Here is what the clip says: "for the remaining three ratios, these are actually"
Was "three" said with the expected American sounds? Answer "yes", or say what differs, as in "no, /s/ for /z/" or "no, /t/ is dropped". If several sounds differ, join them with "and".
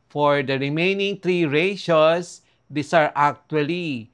no, /t/ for /θ/